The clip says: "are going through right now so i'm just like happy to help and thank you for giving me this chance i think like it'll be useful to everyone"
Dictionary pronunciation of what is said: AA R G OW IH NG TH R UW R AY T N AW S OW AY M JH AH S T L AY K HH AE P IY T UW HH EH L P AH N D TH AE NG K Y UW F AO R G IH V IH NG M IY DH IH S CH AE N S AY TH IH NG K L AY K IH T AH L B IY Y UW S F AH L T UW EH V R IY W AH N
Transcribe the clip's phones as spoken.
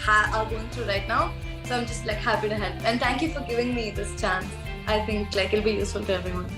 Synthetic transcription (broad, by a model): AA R G OW IH NG T R UW R AY T N AW S OW AY M JH AH S T L AY K HH AE P IY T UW HH EH L P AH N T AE NG K Y UW F AO R G IH V IH NG M IY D IH S CH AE N S AY T IH NG K L AY K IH L B IY Y UW S F AH L T UW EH V R IY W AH N